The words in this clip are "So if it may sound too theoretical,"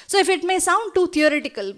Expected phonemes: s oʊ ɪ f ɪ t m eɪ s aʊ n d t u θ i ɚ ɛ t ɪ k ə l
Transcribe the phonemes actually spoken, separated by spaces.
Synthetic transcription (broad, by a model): s oʊ ɪ f ɪ t m eɪ s aʊ n d t u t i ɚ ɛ t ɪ k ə l